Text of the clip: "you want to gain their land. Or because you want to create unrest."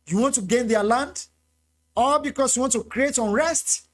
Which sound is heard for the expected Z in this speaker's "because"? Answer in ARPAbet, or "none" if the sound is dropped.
S